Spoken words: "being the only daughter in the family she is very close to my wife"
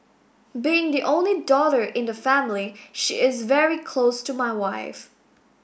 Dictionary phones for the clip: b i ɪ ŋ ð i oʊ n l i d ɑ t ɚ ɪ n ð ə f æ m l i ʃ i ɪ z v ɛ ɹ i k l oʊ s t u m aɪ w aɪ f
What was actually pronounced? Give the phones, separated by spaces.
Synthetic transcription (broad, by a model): b i ɪ ŋ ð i oʊ n l i d ɑ t ɚ ɪ n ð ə f æ m l i ʃ i ɪ z v ɛ ɹ i k l oʊ s t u m aɪ w aɪ f